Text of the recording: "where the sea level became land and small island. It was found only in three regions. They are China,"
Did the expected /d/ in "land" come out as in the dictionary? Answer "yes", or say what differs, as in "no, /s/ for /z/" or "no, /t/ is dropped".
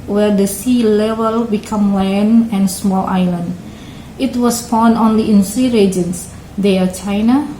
no, /d/ is dropped